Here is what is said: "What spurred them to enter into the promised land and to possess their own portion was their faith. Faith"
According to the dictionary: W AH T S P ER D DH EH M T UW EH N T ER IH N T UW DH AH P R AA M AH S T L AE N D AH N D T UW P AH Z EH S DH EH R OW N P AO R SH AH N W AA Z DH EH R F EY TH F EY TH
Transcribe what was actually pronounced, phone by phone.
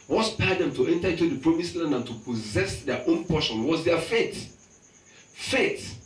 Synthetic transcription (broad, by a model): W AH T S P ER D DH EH M T UW EH N T ER IH N T UW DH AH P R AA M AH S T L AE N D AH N T UW P AH Z EH S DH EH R OW N P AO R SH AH N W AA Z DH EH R F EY T F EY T